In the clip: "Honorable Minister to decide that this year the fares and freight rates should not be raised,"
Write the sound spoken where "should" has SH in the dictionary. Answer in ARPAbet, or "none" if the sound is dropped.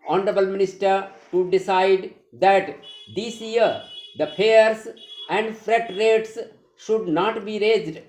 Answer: SH